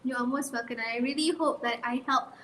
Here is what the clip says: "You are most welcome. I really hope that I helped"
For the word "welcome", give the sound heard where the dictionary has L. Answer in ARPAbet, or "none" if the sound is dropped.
none